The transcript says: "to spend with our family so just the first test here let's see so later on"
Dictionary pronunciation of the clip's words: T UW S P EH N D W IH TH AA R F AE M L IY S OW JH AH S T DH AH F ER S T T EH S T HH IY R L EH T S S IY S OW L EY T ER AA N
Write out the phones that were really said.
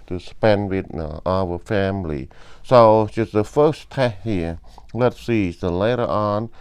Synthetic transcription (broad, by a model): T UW S P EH N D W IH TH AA W F AE M L IY S OW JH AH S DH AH F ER S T T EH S HH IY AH L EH T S S IY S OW L EY T ER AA N